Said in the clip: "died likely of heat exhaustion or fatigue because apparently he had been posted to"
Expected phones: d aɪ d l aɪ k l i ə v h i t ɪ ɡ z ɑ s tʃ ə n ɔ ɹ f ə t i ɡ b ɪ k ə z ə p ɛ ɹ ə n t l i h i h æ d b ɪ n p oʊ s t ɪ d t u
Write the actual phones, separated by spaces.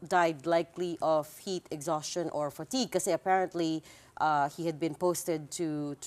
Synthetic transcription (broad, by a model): d aɪ d l aɪ k l i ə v h i t ɪ ɡ z ɑ s tʃ ə n ɔ ɹ f ə t i ɡ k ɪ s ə ə p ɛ ɹ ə n t l i h i h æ d b ɪ n p oʊ s t ɪ d t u